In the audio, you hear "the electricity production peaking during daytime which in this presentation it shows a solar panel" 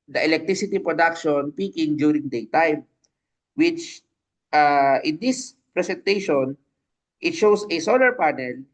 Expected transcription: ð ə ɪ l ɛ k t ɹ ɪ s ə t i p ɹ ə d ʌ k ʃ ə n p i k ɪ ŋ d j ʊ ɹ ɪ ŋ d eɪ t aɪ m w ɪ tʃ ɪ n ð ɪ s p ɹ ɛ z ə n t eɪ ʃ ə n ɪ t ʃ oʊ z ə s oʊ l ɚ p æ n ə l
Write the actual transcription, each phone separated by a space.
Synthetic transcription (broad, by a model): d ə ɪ l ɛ k t ɹ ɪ s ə t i p ɹ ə d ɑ k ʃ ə n p i k ɪ ŋ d j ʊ ɹ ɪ ŋ d eɪ t aɪ m w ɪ tʃ ɪ n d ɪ s p ɹ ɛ s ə n t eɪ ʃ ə n ɪ t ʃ oʊ s ə s oʊ l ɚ p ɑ n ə l